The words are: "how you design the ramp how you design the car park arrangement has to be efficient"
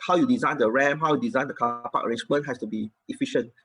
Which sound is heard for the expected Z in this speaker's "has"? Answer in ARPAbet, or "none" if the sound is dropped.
S